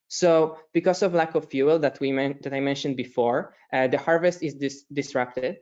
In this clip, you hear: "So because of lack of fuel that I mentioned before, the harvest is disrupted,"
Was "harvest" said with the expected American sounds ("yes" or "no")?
yes